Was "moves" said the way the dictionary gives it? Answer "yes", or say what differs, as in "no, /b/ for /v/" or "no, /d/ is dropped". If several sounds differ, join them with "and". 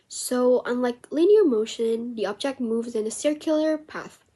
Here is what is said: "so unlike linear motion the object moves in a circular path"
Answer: yes